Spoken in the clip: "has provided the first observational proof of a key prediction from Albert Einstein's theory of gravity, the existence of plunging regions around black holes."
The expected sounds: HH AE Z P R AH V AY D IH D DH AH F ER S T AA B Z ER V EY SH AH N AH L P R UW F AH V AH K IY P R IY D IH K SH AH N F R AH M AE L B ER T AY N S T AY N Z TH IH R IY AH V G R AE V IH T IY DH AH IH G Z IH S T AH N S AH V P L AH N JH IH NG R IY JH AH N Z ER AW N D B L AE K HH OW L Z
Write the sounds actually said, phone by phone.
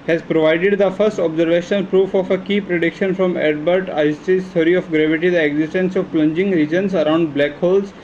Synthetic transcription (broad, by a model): HH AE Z P R AH V AY D IH D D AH F ER S T AA B Z ER V EY SH AH N AH L P R UW F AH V AH K IY P R IY D IH K SH AH N F R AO M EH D B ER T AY S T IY Z T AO R IY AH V G R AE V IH T IY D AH IH G Z IH S T AH N S AH V P L AH N JH IH NG R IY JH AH N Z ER AW N D B L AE K HH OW L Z